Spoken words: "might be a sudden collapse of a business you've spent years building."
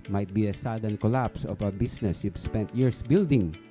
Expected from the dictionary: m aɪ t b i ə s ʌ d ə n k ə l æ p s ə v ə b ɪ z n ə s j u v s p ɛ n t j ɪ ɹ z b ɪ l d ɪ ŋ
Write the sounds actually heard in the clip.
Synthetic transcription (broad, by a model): m aɪ t b i ə s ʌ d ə n k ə l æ p s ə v ə b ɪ s n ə s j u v s p ɛ n t j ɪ ɹ s b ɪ l d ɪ ŋ